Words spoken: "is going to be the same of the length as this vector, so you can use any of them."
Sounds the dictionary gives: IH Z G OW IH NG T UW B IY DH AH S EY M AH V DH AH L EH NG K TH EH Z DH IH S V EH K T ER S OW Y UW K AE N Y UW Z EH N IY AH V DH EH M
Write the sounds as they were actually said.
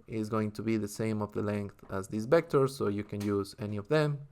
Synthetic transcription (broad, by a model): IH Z G OW IH NG T UW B IY DH AH S EY M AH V DH AH L EH NG K TH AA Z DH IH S B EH K T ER S OW Y UW K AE N Y UW Z EH N IY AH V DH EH M